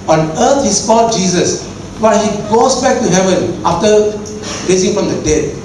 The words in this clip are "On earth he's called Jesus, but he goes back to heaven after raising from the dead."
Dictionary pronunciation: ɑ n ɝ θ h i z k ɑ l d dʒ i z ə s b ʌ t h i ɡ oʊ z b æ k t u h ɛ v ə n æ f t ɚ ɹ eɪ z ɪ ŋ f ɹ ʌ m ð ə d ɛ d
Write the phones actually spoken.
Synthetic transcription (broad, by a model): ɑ n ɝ t h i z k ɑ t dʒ i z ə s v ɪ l h i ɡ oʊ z b æ k t u h ɛ v ə n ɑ f t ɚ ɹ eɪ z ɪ ŋ f ɹ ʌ m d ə d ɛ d